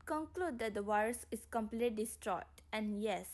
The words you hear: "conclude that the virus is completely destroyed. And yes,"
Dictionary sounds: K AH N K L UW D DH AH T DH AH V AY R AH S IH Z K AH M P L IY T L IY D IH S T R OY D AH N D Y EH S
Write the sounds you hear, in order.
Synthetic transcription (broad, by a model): K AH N K L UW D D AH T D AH W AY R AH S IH S K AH M P L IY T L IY D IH S T R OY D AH N Y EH S